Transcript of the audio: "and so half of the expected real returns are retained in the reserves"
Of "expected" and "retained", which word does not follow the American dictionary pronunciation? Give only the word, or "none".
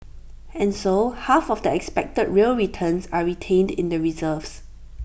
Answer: none